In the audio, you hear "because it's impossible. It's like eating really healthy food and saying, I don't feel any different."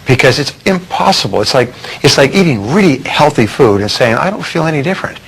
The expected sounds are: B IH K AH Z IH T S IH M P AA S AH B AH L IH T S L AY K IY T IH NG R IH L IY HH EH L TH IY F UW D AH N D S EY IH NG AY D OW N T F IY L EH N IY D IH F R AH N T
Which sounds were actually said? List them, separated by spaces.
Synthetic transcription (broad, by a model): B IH K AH Z IH T S IH M P AA S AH B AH L IH T S L AY K IY T IH NG R IH L IY HH EH L TH IY F UW D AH N S EY IH NG AY D OW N T F IY L EH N IY D IH F R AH N T